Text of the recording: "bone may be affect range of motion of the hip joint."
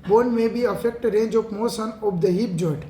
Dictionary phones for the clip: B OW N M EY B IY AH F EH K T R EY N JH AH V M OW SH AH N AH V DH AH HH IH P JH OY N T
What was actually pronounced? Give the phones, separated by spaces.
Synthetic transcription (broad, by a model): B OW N M EY B IY AH F EH K T R EY N JH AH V M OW S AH N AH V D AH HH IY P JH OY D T